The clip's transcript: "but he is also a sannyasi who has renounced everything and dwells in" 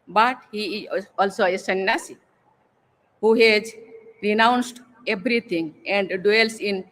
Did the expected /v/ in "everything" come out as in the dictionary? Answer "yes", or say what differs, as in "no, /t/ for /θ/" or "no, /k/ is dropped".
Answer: no, /b/ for /v/